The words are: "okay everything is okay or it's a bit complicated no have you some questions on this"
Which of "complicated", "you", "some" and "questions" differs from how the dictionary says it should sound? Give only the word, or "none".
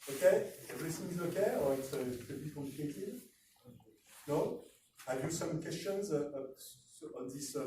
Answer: complicated